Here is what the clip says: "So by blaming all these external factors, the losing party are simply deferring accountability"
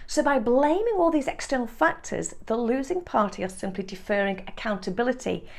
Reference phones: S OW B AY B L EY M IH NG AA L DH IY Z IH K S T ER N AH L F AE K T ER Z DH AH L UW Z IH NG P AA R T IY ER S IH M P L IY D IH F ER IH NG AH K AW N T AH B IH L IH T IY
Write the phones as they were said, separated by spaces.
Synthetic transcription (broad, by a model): S OW B AY B L EY M IH NG AA L DH IY Z IH K S T ER N AH L F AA K T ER Z DH AH L UW Z IH NG P AA R T IY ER S IH M P L IY D IH F ER IH NG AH K AW N T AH B IH L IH T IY